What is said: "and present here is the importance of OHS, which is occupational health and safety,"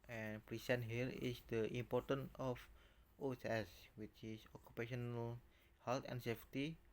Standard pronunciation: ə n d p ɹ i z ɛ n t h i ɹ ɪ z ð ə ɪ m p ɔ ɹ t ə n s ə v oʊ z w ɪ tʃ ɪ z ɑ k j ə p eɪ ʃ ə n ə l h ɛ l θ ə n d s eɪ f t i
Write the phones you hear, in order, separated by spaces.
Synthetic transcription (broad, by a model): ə n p ɹ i s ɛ n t h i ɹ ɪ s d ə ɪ m p ɔ ɹ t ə n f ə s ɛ s w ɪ tʃ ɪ s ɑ k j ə p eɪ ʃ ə n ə l h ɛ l t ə n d s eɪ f t i